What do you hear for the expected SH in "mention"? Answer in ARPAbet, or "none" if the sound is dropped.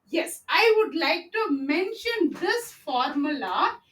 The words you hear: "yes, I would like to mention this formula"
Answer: SH